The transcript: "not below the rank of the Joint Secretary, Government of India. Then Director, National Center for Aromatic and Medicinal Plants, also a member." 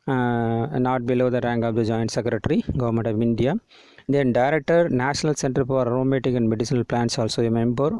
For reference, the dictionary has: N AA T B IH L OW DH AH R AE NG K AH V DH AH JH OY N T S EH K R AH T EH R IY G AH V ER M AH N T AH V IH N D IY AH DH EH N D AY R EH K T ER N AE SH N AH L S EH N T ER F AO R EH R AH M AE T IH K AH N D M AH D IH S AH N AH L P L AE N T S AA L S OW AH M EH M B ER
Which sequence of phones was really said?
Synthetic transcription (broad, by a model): N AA T B IH L OW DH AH R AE NG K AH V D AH JH OY N T S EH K R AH T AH R IY G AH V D M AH N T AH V IH N D IY AH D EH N D AY R EH K T ER N AE SH N AH L S EH N T ER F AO R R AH M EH T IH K AH N D M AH D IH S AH N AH L P L AE N T S AA L S OW AH M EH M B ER